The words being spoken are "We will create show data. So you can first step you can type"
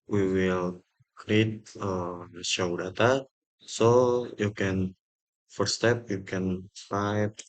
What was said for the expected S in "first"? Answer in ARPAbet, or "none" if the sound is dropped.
none